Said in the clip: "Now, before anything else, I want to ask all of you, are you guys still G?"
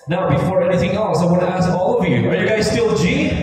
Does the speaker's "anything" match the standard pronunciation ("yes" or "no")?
yes